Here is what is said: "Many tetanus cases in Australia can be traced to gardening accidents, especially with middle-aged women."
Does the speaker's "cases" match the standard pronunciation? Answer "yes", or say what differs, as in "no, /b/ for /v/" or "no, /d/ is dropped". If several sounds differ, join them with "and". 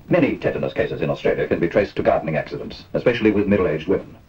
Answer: yes